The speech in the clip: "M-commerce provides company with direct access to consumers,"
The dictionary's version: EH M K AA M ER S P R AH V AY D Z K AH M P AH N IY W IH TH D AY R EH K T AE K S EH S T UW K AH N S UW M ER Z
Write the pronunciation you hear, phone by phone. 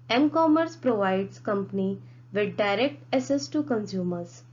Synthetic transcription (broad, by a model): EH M K AA M ER S P R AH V AY D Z K AH M P AH N IY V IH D D AY R EH K T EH S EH S T UW K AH N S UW M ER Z